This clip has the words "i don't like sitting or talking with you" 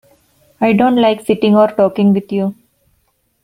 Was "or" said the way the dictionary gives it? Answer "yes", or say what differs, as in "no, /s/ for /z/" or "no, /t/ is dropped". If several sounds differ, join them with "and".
yes